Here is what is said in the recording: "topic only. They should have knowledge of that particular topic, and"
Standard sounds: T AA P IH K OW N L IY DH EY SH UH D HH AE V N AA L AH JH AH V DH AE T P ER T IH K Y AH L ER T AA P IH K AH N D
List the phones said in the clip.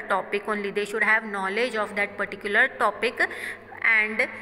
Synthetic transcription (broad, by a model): T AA P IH K OW N L IY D EY SH UH D HH AE V N AA L AH JH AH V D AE T P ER T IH K Y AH L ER T AA P IH K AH N D